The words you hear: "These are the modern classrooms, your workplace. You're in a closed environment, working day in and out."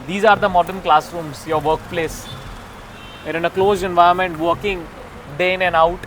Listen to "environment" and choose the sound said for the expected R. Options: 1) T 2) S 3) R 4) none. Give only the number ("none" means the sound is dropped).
4